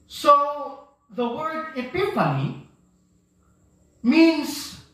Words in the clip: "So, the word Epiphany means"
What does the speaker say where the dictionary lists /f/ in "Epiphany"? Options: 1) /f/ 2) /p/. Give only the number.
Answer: 2